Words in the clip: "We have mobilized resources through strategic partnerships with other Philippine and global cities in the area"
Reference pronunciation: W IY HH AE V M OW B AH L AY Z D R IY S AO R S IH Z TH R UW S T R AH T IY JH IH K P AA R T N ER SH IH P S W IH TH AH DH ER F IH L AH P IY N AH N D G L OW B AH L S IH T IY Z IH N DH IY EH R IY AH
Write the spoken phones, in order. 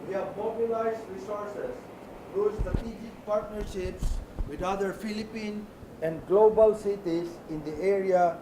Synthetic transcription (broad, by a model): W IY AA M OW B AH L AY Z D R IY S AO R S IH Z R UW S T R AH T IY JH IH K P AA R T N ER SH IH P S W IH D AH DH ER F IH L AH P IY N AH N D G L OW B AH L S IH T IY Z IH N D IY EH R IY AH